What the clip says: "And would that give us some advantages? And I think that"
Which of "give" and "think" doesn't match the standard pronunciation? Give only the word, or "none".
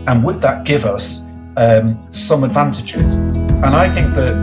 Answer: none